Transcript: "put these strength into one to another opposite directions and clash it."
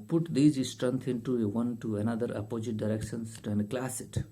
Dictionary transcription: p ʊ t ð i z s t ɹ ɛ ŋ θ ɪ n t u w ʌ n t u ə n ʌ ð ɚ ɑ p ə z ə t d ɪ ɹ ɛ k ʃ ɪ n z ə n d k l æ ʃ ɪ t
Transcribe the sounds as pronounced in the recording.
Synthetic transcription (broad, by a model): p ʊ t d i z s t ɹ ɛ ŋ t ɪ n t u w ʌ n t u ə n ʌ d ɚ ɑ p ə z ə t d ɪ ɹ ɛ k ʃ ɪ n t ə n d k l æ s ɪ t